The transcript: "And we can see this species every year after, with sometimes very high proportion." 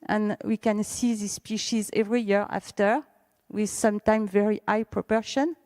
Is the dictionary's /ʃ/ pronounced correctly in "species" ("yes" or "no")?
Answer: yes